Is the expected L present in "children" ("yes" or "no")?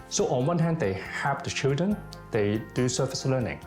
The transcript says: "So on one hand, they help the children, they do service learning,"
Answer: yes